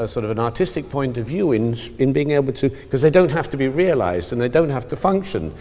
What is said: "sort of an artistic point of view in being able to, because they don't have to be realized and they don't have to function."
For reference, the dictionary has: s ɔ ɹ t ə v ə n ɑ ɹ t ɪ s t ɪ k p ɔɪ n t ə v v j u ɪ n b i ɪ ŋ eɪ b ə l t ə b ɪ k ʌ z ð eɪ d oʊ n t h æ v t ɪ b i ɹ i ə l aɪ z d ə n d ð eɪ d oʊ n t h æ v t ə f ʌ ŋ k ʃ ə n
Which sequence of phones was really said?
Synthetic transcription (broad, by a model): s ɔ ɹ t ə v ə n ɑ ɹ t ɪ s t ɪ k p ɔɪ n t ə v v j u ɪ n b i ɪ ŋ eɪ b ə l t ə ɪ k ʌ z ð eɪ d oʊ n t h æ f t ɪ b i ɹ i ə l aɪ z d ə n ð eɪ d oʊ n t h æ f t ə f ʌ ŋ k ʃ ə n